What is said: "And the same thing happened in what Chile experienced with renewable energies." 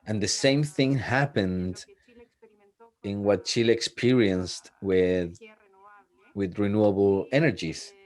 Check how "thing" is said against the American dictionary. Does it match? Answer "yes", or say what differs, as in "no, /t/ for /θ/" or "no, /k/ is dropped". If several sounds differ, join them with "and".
yes